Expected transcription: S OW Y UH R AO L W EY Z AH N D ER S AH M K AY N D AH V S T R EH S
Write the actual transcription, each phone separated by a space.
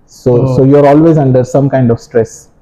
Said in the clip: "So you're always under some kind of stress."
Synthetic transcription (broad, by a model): S OW Y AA R AO L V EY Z AH N D ER S AH M K AY N D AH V S T R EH S